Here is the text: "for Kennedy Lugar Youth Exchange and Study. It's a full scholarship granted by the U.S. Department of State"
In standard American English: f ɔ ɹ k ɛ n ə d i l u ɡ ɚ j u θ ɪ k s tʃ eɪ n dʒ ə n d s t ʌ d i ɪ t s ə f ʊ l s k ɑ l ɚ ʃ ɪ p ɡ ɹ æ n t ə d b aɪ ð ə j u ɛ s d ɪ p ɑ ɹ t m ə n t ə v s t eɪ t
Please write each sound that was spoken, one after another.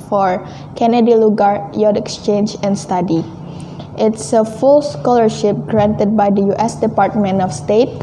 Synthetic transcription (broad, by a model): f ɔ ɹ k ɛ n ə d i l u ɡ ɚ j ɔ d ɪ k s tʃ eɪ n dʒ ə n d s t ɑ d i ɪ t s ə f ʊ l s k ɑ l ɚ ʃ ɪ p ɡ ɹ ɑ n t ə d b aɪ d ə j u ɛ s d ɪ p ɑ ɹ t m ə n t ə f s t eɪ t